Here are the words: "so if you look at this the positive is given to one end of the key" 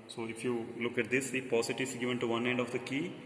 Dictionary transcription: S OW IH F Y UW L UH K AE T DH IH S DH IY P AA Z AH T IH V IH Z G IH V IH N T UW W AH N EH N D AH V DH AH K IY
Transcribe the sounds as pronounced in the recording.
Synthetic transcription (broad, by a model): S OW IH F Y UW L UH K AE T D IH S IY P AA S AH T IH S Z G IH V IH N T UW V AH N EH N D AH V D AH K IY